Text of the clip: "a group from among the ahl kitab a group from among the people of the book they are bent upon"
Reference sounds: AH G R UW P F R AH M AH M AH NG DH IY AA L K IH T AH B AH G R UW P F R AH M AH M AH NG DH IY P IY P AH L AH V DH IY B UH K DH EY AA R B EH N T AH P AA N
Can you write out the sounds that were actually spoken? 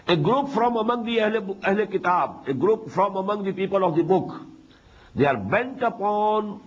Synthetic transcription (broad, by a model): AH G R UW P F R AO M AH M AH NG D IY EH L K IH T AH B AH G R UW P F R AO M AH M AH NG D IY P IY P AH L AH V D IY B UH K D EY AA R B EH N T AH P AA N